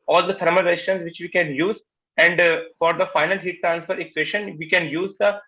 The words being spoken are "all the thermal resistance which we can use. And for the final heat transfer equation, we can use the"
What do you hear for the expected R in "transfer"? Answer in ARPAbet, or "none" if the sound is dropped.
R